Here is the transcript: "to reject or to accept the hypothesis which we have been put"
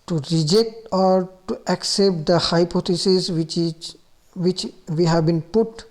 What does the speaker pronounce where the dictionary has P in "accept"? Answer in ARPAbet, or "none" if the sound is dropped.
P